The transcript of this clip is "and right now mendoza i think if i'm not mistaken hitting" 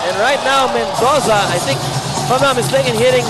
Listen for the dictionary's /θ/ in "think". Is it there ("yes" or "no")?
yes